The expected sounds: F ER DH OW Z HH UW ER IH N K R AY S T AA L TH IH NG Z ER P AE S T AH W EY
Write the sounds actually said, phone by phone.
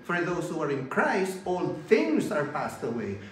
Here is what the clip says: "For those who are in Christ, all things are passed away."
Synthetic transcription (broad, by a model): F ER DH OW Z HH UW ER IH N K R AY S T AA L TH IH NG Z ER P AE S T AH W EY